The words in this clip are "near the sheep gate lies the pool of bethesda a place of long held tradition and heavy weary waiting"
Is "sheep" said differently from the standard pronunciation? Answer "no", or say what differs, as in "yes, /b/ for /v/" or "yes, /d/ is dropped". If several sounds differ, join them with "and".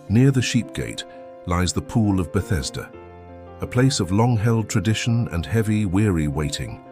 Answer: no